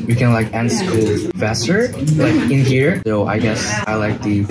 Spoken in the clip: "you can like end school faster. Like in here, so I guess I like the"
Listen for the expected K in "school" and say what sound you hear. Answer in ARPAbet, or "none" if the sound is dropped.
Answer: none